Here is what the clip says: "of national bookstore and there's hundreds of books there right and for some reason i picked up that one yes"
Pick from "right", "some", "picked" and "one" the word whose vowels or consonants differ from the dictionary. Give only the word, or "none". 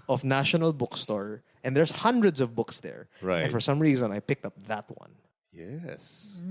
right